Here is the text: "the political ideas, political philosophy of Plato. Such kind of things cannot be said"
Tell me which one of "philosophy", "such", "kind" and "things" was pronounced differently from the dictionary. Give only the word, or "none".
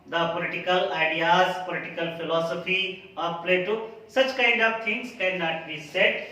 things